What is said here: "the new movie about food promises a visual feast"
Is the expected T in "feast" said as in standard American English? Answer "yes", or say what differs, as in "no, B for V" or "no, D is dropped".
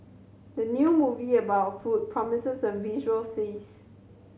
no, T is dropped